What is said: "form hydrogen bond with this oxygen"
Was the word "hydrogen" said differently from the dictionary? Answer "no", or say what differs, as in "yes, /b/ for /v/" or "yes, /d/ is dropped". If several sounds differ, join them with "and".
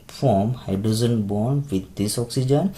yes, /ɹ/ is dropped and /z/ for /dʒ/